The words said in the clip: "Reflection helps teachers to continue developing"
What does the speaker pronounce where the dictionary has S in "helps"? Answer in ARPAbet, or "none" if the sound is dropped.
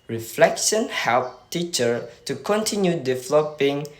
none